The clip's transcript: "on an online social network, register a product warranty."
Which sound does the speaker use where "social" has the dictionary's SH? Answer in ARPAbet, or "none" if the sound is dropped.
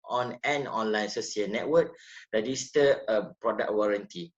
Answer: S